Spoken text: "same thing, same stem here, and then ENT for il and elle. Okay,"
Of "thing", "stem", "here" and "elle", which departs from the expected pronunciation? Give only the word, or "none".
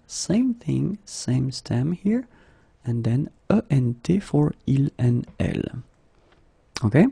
none